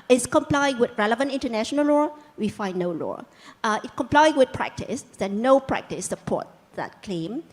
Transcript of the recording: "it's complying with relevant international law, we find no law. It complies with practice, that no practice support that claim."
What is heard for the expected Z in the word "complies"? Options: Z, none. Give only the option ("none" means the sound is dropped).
none